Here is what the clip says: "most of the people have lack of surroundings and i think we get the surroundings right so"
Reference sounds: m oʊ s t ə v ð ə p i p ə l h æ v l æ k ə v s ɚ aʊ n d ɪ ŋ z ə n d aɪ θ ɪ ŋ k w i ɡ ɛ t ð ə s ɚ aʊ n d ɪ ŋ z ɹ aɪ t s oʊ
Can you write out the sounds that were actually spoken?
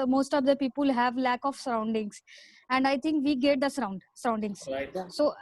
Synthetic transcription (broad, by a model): m oʊ s t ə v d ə p i p ə l h æ v l æ k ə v s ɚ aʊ n d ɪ ŋ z ə n d aɪ t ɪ ŋ k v i ɡ ɛ t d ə s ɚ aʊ n d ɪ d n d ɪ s s oʊ